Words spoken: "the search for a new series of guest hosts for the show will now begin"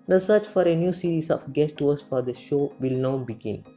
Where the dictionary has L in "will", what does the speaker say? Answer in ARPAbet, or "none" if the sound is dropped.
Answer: L